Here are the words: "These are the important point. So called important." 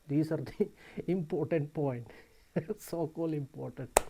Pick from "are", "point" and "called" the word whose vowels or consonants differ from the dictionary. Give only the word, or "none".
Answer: called